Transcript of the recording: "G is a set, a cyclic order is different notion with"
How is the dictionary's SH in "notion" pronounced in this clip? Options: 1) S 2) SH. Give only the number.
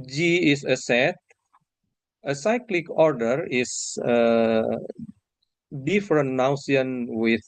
1